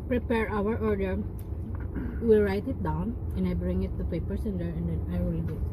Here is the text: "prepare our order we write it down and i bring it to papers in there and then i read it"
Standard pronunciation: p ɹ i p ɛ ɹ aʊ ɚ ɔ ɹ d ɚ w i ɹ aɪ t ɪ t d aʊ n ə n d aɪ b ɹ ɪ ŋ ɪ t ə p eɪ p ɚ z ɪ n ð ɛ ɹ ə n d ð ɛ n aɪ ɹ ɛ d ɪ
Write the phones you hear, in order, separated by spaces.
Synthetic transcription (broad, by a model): p ɹ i p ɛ ɹ aʊ ɚ ɔ ɹ d ɚ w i ɹ aɪ t ɪ t d aʊ n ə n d aɪ b ɹ ɪ ŋ ɪ t ə p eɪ p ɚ s ɪ n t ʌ ɹ ə n d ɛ n aɪ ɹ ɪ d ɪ